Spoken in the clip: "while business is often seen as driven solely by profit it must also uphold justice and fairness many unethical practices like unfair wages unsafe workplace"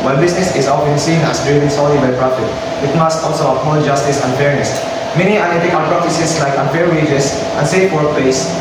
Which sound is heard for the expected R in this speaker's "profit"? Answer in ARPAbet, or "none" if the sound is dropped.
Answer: R